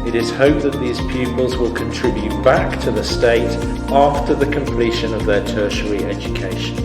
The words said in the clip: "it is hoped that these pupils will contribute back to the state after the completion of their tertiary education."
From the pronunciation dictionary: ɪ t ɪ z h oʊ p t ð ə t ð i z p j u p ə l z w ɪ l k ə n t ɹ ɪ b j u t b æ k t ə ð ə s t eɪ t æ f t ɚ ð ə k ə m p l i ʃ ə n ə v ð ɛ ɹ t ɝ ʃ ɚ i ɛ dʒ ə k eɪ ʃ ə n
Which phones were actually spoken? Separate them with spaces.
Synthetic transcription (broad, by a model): ɪ t ɪ z h oʊ p ð ə t ð i z p j u p ə l z w ɪ l k ə n t ɹ ɪ b j u t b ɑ k t ə ð ə s t eɪ t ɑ f t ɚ ð ə k ə m p l i ʃ ə n ə v ð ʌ t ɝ ʃ ɚ i ɛ dʒ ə k eɪ ʃ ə n